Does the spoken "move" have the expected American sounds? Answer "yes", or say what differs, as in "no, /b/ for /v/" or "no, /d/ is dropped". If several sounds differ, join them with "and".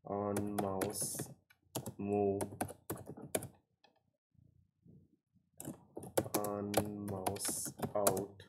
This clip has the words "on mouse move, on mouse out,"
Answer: no, /v/ is dropped